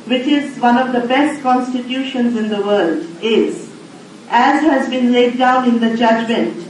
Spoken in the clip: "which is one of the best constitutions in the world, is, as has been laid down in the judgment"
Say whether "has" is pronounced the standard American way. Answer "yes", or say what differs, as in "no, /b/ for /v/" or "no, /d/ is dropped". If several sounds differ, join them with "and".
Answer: yes